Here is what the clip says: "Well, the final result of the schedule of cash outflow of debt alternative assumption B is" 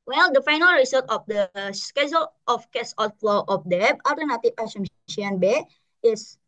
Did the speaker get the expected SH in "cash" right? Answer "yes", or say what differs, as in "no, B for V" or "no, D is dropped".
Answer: no, S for SH